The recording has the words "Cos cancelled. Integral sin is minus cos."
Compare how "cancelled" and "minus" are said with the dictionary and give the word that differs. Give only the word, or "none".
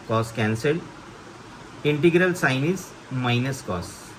cancelled